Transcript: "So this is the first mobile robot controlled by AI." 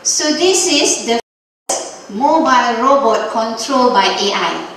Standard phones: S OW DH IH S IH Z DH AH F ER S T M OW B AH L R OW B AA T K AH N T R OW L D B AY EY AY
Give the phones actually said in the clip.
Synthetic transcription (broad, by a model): S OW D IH S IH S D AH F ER S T M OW B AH L R OW B AA T K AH N T R OW L B AY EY AY